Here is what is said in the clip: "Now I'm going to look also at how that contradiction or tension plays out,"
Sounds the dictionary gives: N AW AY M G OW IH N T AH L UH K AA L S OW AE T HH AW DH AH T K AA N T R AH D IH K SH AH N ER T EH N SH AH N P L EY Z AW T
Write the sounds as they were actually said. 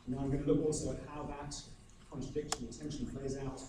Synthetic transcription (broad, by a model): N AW AY M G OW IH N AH L UH K AA L S OW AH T HH AW DH AH T K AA N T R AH D IH K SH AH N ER T EH N SH AH N P L EY Z AW T